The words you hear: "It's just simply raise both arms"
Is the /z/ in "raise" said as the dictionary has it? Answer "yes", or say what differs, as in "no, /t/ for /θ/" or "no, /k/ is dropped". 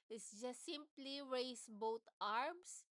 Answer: no, /s/ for /z/